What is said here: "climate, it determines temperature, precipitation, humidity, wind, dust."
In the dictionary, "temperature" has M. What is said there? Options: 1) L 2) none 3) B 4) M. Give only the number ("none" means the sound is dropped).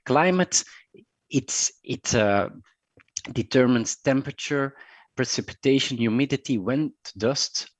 4